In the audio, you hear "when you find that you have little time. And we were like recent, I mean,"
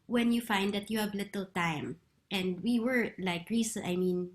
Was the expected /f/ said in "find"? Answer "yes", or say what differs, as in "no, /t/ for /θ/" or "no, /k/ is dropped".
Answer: yes